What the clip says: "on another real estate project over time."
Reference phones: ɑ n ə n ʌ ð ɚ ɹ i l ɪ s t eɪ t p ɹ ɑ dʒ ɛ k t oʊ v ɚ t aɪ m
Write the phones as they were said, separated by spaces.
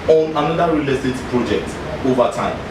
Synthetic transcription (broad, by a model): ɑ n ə n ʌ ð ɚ ɹ i l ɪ t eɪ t p ɹ ɑ dʒ ɛ k t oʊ v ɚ t aɪ m